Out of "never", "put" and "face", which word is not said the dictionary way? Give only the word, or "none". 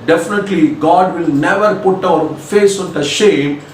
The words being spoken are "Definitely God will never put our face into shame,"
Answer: none